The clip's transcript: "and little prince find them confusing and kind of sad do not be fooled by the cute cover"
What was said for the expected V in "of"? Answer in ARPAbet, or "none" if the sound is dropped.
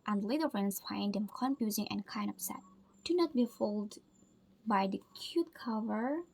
P